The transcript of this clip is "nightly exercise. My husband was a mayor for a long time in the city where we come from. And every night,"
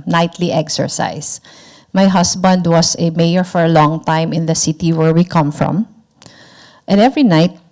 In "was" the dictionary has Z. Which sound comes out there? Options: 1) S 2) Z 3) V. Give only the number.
1